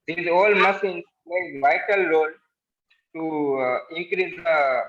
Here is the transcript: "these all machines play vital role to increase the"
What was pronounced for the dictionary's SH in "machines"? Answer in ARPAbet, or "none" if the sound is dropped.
S